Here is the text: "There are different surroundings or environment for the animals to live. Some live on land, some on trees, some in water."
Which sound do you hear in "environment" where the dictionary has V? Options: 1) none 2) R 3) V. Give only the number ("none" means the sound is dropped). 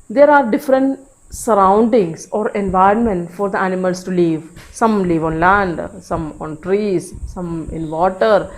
3